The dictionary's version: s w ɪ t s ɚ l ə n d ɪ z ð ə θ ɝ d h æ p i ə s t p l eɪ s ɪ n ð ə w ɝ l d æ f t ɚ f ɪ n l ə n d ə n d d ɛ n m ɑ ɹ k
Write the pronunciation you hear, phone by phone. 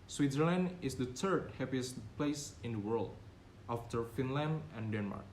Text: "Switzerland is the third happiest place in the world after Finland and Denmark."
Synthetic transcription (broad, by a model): s w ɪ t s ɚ l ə n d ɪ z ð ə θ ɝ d h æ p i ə s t p l eɪ s ɪ n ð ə w ɝ l d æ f t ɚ f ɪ n l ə n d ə n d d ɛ n m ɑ ɹ k